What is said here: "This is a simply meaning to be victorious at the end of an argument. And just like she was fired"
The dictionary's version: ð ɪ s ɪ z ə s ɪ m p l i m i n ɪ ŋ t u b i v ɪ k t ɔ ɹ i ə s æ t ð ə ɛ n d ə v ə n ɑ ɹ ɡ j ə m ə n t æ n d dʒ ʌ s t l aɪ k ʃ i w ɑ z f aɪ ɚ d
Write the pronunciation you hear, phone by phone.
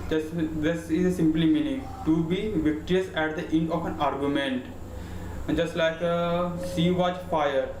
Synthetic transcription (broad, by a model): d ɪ s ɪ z ə s ɪ m p l i m i n ɪ ŋ t u b i v ɪ k t ɔ ɹ i ə s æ t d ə ɛ n d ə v ə n ɑ ɹ ɡ j ə m ə n t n dʒ ʌ s t l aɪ k s i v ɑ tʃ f aɪ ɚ d